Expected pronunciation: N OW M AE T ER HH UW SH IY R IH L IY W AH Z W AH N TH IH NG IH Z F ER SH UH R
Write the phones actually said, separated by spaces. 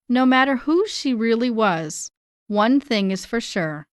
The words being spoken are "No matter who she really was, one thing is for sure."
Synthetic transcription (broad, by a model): N OW M AE T ER HH UW SH IY R IH L IY W AH Z W AH N TH IH NG IH Z F ER SH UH R